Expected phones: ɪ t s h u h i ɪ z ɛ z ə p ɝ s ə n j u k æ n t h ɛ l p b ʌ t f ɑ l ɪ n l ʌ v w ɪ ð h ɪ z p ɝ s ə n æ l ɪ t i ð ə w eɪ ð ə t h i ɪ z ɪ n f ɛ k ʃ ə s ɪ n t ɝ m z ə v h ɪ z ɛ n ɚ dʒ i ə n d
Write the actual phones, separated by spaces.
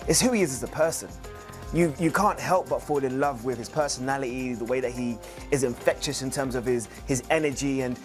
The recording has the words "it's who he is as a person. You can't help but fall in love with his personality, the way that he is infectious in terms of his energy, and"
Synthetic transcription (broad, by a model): ɪ t s h u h i ɪ z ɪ z ə p ɝ s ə n j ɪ k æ n t h ɛ l p b ʌ t f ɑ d ɪ n l ʌ v w ɪ ð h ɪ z p ɝ s ə n æ l ɪ t i ð ə w eɪ ð ə t h i ɪ z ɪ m f ɛ k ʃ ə s ɪ n t ɝ m z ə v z ɪ z ɛ n ɚ dʒ i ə n